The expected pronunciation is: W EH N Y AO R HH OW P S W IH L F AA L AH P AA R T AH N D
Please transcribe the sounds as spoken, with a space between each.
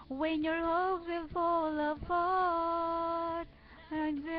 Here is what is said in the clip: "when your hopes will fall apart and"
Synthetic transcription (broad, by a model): W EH N Y AO R HH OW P W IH L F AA L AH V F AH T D